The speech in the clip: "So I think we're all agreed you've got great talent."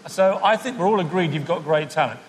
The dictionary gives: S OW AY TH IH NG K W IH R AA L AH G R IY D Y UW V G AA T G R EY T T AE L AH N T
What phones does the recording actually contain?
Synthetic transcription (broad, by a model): S OW AY TH IH NG K W IH R AA L AH G R IY D Y UW V G AA T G R EY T T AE L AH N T